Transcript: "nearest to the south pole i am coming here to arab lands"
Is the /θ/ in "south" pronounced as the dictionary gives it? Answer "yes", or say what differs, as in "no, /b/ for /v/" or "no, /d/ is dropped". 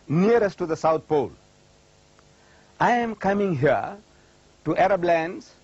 no, /t/ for /θ/